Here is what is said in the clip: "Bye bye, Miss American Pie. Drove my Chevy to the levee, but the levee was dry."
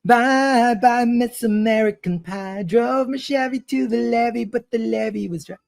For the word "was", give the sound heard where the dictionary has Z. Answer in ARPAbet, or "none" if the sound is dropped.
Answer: Z